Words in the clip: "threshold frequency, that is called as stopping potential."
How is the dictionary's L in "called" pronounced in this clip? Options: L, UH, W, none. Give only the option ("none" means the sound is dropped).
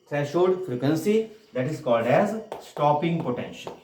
L